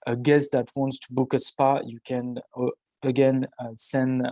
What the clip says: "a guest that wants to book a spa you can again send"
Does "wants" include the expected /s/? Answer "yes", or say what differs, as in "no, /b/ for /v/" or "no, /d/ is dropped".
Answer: yes